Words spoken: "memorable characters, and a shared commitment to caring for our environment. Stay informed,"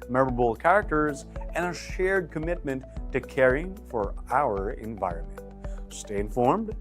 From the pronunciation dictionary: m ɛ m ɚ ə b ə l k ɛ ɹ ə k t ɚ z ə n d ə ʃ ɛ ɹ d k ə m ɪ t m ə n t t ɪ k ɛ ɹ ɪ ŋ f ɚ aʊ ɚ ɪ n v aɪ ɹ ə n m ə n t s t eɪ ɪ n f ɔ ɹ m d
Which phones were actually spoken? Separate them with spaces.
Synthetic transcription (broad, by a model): m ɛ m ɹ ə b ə l k ɛ ɹ ə k t ɚ z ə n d ə ʃ ɛ ɹ d k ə m ɪ t m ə n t t ɪ k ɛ ɹ ɪ ŋ f ɚ aʊ ɚ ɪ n v aɪ ɹ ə n m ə n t s t eɪ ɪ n f ɔ ɹ m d